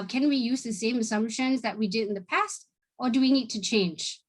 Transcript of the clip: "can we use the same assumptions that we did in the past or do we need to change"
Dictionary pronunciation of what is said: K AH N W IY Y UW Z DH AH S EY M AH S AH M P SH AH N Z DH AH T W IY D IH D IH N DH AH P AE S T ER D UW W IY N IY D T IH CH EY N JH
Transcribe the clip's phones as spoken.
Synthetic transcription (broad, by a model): K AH N W IY Y UW Z DH AH S EY M AH S AH M P SH AH N Z DH AH T W IY D IH D IH N DH AH P AE S T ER D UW W IY N IY D T IH CH EY N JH